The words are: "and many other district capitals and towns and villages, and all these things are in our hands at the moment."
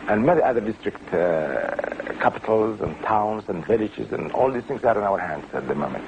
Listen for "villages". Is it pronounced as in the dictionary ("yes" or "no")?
yes